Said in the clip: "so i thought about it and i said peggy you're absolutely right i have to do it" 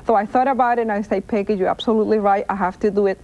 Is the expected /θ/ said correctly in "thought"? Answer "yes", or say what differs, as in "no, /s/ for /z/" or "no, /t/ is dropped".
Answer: yes